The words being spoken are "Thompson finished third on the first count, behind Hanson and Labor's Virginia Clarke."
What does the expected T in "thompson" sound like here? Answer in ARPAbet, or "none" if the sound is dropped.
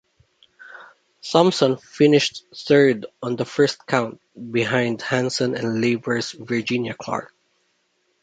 S